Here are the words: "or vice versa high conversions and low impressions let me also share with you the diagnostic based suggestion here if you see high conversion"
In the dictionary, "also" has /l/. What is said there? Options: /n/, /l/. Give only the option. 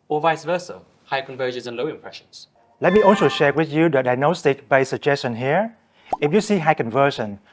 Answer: /n/